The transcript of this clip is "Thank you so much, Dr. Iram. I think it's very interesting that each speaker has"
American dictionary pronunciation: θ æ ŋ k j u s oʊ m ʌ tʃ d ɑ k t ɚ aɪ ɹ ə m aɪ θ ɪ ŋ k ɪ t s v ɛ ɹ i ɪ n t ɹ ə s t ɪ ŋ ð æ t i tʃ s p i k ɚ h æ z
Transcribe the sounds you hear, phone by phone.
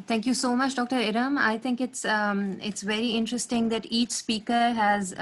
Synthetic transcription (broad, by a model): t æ ŋ k j u s oʊ m ʌ tʃ d ɑ k t ɚ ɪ ɹ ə m aɪ t ɪ ŋ k ɪ t s v ɛ ɹ i ɪ n t ɹ ə s t ɪ ŋ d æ t i tʃ s p i k ɚ h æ z